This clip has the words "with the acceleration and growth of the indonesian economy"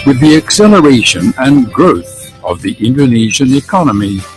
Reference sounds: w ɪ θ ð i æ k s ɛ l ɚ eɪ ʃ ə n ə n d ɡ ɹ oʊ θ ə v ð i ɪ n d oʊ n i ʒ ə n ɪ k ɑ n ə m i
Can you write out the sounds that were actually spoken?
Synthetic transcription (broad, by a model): w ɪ ð i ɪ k s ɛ l ɚ eɪ ʃ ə n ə n ɡ ɹ oʊ θ ə v ð i ɪ n d oʊ n i ʒ ə n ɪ k ɑ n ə m i